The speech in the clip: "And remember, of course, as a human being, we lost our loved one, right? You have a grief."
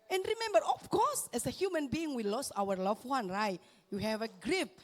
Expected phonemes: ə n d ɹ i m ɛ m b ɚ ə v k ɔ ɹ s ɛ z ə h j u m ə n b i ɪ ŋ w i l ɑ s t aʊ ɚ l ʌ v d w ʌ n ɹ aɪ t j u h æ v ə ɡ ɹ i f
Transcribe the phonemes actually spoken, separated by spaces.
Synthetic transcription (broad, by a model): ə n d ɹ i m ɛ m b ɚ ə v k ɔ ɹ s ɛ s ə h j u m ə n b i ɪ ŋ w i l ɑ s aʊ ɚ l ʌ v w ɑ n ɹ aɪ t j u h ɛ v ə ɡ ɹ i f